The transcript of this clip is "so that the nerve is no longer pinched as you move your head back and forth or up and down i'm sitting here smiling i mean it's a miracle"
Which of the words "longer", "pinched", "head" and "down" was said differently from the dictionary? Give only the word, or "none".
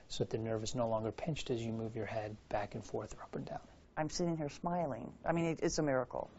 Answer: none